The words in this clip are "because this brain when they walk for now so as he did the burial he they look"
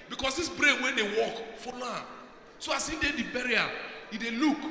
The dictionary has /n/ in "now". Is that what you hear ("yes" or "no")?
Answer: no